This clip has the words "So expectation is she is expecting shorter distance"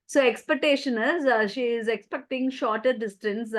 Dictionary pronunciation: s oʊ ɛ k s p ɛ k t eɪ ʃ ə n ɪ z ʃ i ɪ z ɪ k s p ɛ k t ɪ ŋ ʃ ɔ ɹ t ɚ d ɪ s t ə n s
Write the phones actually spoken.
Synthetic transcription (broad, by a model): s oʊ ɛ k s p ɛ k t eɪ ʃ ə n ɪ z ʃ i ɪ z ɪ k s p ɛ k t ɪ ŋ ʃ ɔ ɹ t ɚ d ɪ s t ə n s